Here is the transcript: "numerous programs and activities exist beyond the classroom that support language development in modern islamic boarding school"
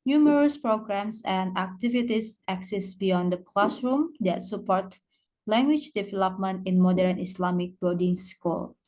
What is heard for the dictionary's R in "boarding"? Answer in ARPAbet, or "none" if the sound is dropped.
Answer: L